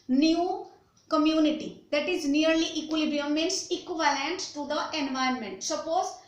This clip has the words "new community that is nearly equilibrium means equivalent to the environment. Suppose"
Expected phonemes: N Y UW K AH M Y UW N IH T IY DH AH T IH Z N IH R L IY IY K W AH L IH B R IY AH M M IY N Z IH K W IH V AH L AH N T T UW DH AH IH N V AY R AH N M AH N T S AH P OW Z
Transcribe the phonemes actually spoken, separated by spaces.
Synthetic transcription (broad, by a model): N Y UW K AH M Y UW N IH T IY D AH T IH Z N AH R L IY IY K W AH L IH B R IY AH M M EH N S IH K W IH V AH L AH N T T UW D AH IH N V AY AH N M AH N T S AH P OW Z